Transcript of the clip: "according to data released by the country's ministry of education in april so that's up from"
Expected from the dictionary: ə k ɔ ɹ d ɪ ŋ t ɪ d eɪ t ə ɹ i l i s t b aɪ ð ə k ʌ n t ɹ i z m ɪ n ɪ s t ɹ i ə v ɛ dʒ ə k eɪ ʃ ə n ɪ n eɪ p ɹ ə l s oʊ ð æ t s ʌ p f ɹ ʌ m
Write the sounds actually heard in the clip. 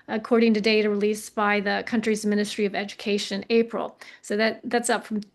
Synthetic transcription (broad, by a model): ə k ɔ ɹ d ɪ ŋ t ɪ d eɪ t ə ɹ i l i s b aɪ ð ə k ʌ n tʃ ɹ i z m ɪ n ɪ s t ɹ i ə v ɛ dʒ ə k eɪ ə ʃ ɪ n eɪ p ɹ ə l s oʊ ð æ t s ʌ p f ɹ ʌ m